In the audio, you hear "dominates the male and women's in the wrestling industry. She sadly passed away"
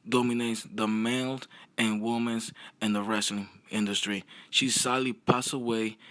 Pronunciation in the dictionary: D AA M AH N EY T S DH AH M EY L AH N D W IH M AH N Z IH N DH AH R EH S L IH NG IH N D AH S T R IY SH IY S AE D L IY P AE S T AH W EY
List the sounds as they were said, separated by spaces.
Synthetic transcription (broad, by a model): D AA M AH N EY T S DH AH M EY L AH N W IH M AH N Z IH N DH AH R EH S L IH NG IH N D AH S T R IY SH IY S AE D L IY P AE S AH W EY